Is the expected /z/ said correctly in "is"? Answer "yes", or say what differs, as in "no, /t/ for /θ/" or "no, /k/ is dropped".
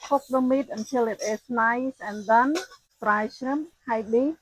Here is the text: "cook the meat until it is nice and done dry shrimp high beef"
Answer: no, /s/ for /z/